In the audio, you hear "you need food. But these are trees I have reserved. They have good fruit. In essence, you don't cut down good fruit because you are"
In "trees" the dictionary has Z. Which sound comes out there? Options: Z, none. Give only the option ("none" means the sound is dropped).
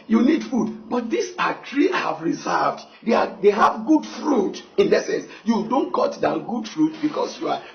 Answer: none